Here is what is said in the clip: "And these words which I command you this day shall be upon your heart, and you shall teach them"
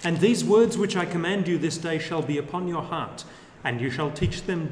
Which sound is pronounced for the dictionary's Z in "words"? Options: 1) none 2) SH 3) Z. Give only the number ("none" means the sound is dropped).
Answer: 3